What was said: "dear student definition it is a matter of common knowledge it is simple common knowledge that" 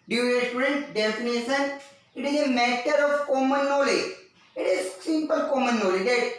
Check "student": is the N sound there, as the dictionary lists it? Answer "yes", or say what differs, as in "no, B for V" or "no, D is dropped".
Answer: yes